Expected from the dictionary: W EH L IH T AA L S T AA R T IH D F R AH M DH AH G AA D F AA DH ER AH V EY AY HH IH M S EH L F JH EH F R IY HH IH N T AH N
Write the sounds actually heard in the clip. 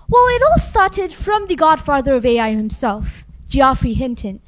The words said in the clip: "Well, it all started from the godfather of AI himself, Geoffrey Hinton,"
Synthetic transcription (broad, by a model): W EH L IH T AA L S T AA R T IH D F R AH M DH AH G AA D F AA DH ER AH V EY AY HH IH M S EH L F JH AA F R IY HH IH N T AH N